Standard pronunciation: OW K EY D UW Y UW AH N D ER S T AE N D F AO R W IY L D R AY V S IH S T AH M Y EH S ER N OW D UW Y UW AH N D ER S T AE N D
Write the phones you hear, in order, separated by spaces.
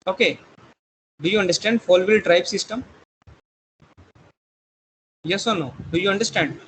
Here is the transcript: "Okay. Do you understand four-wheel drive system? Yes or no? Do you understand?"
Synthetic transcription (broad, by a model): OW K EY D UW Y UW AH N D ER S T AE N D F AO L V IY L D R AY B S IH S T AH M Y EH S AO N OW D UW Y UW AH N D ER S T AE N D